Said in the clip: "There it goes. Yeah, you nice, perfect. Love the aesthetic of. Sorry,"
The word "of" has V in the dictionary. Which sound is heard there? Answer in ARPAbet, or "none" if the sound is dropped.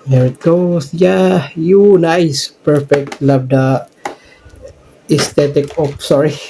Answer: P